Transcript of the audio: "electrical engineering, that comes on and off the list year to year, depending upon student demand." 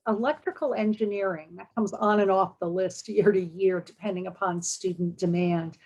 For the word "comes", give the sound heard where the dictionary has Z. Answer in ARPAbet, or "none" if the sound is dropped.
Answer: Z